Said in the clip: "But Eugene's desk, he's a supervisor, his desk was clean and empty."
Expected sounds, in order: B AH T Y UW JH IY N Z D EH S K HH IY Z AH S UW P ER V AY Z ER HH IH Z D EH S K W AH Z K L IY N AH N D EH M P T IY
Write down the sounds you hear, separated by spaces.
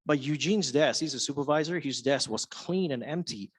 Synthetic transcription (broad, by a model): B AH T Y UW JH IY N Z D EH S HH IY Z AH S UW P ER V AY Z ER HH IH Z D EH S W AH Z K L IY N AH N EH M P T IY